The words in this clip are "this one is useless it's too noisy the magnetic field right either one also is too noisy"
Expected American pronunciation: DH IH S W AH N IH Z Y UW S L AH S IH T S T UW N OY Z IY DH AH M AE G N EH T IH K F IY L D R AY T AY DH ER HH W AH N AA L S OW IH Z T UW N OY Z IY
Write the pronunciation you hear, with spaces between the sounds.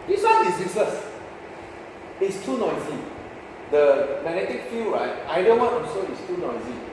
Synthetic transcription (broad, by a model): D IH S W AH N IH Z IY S AH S IH T S T UW N OY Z IY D AH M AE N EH T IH K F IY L R AY T AY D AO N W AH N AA S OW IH S T UW N OY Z IY